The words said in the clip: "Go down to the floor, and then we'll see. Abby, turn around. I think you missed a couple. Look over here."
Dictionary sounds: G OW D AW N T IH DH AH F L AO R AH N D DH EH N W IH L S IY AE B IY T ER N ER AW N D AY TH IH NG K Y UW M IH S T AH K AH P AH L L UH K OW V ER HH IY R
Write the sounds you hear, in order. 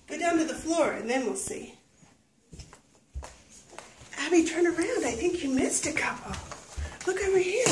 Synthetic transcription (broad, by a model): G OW D AW N T IH DH AH F L AO R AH N DH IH N W IH L S IY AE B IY T ER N ER AW N D AY TH IH NG K Y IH M IH S T AH K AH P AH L L UH K OW V ER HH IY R